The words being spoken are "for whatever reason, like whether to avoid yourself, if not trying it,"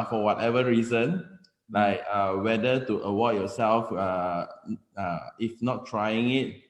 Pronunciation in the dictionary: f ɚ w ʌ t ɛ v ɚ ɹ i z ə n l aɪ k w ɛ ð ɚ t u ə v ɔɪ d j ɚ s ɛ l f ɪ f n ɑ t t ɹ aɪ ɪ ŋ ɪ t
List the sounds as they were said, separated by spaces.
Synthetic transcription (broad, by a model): f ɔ w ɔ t ɛ v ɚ ɹ i z ə n l aɪ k w ɛ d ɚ t u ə w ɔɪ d j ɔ s ɛ l f ɪ f n ɑ t t ɹ aɪ ɪ ŋ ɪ t